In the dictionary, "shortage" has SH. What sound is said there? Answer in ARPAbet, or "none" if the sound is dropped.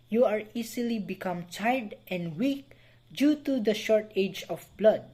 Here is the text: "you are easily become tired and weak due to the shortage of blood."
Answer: SH